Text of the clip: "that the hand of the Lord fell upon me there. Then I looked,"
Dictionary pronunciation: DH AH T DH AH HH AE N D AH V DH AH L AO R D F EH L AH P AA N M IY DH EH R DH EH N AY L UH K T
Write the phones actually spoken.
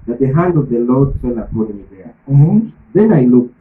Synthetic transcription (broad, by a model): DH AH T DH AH HH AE N D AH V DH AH L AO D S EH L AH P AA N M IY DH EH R DH EH N AY L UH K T